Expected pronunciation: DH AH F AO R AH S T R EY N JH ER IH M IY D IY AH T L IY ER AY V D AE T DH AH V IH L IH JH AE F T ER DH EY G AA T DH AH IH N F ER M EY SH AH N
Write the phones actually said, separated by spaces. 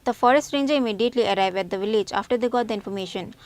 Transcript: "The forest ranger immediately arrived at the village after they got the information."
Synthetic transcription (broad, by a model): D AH F AO R AH S T R EY N JH ER IH M IY D IY AH T L IY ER AY V AE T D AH V IH L IH JH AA F T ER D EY G AA T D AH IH N F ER M EY SH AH N